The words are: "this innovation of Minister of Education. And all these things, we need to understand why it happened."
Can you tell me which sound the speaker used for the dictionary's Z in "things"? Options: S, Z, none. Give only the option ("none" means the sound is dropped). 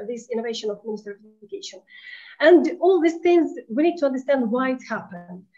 Z